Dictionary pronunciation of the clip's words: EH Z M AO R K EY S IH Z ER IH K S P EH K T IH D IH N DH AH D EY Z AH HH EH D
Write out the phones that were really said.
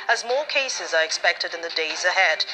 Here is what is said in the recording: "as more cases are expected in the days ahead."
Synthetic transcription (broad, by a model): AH Z M AO R K EY S IH Z ER IH K S P EH K T IH D IH N DH AH D EY Z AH HH EH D